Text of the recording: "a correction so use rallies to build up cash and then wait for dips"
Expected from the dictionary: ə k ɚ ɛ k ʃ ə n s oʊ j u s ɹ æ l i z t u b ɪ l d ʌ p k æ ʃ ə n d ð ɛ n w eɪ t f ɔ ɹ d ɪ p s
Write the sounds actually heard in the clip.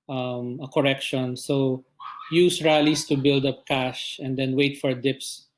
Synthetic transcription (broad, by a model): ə k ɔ ɛ k ʃ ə n s oʊ j u s ɹ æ l i s t u b ɪ l d ʌ p k æ ʃ ə n d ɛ n w eɪ t f ɔ ɹ d ɪ p s